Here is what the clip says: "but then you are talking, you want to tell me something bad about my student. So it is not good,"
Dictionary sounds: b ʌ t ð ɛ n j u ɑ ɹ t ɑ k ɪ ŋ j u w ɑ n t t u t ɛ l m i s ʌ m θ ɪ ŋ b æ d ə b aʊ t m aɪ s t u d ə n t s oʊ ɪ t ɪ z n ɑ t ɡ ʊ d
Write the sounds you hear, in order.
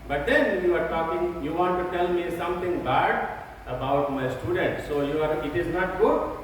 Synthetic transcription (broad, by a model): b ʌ t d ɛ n j u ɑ ɹ t ɑ k ɪ ŋ j u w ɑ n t t u t ɛ l m i s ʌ m t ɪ ŋ b æ d ə b aʊ t m aɪ s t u d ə n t s oʊ ɪ t ɪ z n ɑ t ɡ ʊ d